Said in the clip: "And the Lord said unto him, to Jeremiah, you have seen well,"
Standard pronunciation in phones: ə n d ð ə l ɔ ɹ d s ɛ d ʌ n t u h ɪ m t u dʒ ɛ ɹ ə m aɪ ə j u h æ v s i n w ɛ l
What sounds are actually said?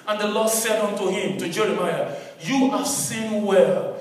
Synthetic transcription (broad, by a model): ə n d ð ə l ɔ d s ɛ d ʌ n t u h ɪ m t u dʒ ɛ ɹ ə m aɪ ə j u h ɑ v s i n w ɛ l